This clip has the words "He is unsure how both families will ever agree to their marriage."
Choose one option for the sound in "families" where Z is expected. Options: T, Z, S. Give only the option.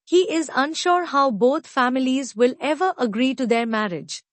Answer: Z